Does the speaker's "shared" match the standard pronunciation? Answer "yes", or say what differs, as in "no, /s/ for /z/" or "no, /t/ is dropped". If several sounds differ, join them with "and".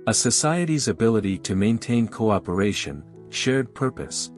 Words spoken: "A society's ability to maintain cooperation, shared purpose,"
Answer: yes